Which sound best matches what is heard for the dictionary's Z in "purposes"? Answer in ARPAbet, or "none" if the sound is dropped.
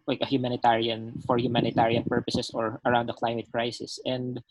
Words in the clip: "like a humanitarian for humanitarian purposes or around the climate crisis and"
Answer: S